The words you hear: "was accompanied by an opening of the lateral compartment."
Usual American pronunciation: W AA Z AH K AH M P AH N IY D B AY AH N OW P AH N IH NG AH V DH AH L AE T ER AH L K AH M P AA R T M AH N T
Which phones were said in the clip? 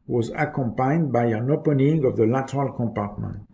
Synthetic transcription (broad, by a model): W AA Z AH K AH M P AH IY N B AY AH N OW P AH N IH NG AH V DH AH L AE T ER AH L K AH M P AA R T M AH N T